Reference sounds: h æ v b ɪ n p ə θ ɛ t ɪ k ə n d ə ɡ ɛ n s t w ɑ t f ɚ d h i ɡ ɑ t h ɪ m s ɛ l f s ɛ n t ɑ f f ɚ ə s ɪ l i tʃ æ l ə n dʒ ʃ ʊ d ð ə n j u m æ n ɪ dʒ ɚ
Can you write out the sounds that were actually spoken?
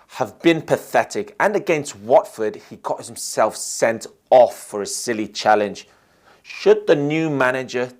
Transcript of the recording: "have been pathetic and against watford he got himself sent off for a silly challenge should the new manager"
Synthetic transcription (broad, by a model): h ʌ v b ɪ n p ə θ ɛ t ɪ k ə n ə ɡ ɛ n s t w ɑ t f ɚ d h i ɡ ɑ t h ɪ m s ɛ l f s ɛ n t ɑ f f ɚ ə s ɪ l i tʃ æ l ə n ʒ ʃ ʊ d ð ə n j u m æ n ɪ dʒ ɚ